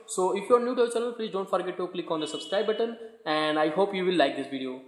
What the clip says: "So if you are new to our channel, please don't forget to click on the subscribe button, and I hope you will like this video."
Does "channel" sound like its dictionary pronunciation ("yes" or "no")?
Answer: no